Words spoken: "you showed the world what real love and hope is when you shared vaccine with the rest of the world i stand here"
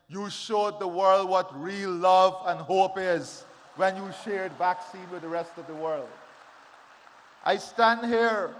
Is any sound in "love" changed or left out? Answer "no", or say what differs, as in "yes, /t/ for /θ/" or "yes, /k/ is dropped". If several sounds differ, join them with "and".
no